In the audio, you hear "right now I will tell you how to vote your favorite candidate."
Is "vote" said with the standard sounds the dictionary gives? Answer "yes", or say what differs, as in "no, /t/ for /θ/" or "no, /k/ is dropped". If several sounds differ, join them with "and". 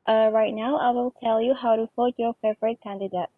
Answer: no, /f/ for /v/